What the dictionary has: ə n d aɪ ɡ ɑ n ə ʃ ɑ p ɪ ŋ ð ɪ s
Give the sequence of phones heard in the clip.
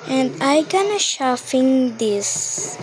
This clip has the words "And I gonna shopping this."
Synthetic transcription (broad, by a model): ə n d aɪ ɡ ɑ n ə ʃ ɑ f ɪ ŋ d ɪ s